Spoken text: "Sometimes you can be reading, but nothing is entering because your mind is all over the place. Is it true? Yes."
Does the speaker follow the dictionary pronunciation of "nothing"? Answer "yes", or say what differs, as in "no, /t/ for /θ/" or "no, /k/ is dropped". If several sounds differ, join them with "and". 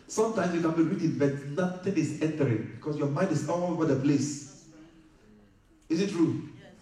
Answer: no, /t/ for /θ/